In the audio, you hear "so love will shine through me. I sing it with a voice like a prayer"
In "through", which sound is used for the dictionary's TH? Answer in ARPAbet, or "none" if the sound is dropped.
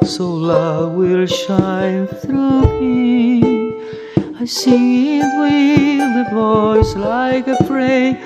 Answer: TH